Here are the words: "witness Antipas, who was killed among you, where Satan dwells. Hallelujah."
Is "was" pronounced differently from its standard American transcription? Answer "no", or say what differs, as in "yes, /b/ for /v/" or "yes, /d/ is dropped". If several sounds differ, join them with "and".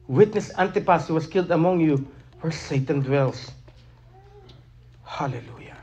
yes, /s/ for /z/